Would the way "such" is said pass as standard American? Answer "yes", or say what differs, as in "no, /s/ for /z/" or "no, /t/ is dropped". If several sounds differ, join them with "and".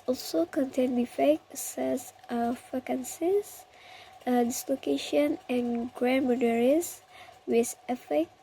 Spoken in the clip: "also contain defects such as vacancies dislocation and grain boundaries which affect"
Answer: no, /s/ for /tʃ/